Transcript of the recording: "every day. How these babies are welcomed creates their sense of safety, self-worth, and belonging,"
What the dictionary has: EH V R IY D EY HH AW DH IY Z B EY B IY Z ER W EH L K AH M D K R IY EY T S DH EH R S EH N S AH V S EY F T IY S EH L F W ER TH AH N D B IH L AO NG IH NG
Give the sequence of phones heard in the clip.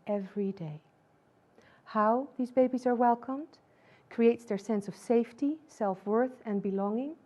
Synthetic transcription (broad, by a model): EH V R IY D EY HH AW DH IY Z B EY B IY Z ER W EH L K AH M D K R IY EY T S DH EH R S EH N S AH V S EY F T IY S EH L F W ER TH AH N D B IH L AO NG IH NG